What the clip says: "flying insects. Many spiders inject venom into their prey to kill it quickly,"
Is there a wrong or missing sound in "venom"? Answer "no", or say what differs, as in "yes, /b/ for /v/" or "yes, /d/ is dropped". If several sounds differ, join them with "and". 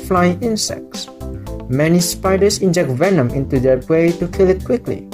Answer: no